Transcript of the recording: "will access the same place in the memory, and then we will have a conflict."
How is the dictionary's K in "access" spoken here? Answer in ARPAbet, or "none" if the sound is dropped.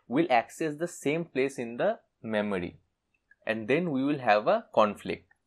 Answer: K